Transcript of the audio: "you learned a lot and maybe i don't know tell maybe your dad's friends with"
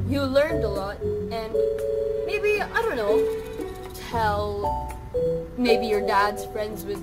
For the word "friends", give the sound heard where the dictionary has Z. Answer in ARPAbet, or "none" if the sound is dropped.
Z